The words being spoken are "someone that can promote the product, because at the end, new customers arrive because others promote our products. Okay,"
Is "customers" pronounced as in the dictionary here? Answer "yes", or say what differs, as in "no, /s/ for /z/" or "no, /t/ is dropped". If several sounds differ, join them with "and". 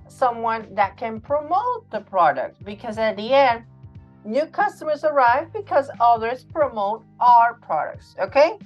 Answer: yes